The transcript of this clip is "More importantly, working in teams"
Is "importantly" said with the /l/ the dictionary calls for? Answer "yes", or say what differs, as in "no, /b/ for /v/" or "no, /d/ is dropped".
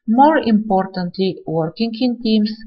yes